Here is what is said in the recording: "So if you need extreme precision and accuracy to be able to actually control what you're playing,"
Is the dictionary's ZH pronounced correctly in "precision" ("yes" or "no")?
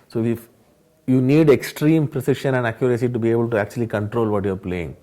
no